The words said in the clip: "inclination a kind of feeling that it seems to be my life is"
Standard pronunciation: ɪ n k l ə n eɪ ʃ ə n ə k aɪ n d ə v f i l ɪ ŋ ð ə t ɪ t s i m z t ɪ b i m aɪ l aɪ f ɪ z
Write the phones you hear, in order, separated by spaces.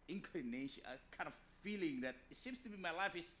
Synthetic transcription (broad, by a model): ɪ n k l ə n eɪ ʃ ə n ə k aɪ n d ə v f i l ɪ ŋ ð ə t ɪ t s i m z t ɪ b i m aɪ l aɪ f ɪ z